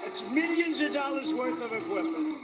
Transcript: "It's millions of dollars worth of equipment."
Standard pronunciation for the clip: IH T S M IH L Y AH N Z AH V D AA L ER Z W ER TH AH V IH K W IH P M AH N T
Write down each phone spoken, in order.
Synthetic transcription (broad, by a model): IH T S M IH L Y AH N Z AH V D AA L ER Z W ER TH AH V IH K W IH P M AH N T